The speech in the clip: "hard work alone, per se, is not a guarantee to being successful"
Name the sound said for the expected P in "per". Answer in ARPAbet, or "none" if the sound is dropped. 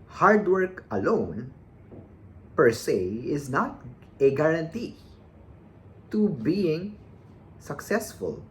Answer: P